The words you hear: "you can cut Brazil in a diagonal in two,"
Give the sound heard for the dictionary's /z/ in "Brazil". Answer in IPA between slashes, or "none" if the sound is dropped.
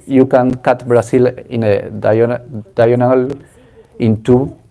/s/